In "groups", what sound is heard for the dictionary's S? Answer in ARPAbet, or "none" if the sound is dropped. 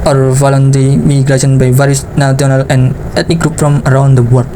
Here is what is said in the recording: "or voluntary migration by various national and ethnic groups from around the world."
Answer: none